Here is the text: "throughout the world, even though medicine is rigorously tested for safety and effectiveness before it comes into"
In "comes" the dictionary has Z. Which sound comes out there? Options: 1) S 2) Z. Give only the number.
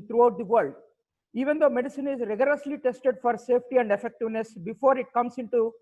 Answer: 1